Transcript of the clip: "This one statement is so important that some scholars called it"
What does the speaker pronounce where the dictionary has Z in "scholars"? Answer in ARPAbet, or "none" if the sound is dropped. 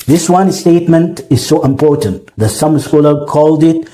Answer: none